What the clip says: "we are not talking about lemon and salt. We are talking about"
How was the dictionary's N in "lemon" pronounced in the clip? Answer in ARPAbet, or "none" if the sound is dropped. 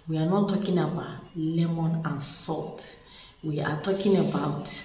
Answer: N